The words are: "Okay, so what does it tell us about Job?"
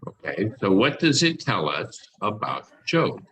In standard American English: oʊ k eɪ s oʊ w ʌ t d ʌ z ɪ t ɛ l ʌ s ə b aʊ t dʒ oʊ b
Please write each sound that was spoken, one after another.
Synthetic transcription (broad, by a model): oʊ k eɪ s oʊ w ʌ t d ʌ z ɪ t ɛ l ʌ s ə b aʊ t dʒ oʊ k